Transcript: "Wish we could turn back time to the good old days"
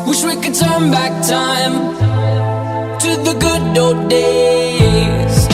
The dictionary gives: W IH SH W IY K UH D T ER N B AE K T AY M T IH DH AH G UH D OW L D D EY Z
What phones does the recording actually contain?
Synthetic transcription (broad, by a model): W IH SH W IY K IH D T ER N B AE K T AY M T IH DH AH G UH D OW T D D EY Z